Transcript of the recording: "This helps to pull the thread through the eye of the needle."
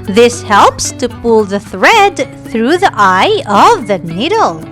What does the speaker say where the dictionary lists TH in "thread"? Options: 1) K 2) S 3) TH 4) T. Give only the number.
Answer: 3